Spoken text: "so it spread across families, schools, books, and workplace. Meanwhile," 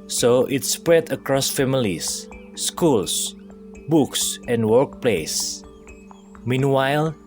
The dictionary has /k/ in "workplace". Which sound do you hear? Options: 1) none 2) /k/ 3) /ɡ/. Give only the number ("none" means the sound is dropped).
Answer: 2